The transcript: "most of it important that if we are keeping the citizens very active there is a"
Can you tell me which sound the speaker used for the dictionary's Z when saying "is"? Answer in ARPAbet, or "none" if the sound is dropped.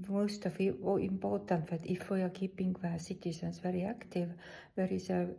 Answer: S